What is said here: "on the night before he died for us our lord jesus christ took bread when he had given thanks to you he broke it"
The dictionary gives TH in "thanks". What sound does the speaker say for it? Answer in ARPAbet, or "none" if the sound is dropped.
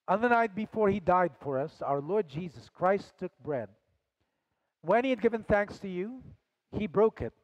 TH